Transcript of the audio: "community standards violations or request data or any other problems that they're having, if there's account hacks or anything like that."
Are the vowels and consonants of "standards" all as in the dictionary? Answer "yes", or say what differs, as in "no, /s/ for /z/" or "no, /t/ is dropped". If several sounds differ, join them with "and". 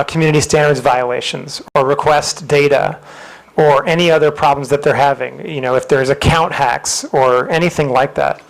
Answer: yes